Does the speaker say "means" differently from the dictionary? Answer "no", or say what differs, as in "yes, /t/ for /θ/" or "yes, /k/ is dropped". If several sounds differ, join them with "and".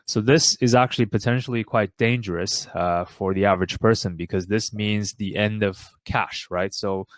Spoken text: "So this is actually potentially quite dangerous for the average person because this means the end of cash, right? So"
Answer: no